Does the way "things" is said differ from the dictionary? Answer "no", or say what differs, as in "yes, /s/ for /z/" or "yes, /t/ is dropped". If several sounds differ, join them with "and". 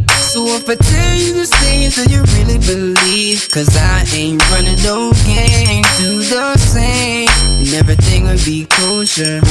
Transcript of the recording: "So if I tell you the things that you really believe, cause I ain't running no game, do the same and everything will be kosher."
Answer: yes, /s/ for /θ/